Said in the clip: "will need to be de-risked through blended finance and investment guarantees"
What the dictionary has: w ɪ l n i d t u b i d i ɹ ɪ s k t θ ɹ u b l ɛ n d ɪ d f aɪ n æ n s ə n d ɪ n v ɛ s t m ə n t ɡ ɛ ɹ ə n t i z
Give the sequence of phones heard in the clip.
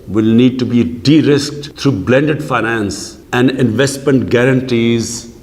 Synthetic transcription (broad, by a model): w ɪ l n i d t u b i d i ɹ ɪ s k t t ɹ u b l ɛ n d ɪ d f aɪ n æ n s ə n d ɪ n v ɛ s t m ə n t ɡ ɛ ɹ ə n t i z